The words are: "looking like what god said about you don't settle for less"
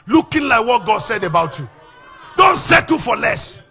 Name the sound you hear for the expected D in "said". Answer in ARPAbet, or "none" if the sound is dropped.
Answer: D